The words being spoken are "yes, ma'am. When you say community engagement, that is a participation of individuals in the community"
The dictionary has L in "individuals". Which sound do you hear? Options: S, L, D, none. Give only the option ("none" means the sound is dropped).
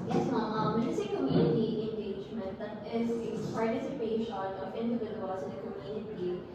none